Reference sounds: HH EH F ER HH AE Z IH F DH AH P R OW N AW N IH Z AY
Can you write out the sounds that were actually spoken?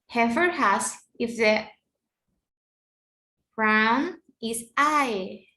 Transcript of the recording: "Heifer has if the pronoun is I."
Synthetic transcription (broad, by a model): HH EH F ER HH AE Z IH F DH AH B R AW N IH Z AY